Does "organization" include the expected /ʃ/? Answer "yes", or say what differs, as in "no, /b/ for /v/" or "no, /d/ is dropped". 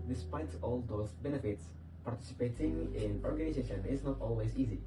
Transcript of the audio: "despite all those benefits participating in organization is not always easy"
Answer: yes